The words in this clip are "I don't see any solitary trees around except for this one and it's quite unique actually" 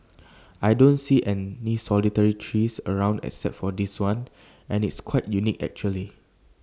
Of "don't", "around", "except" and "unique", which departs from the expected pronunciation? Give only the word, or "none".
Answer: except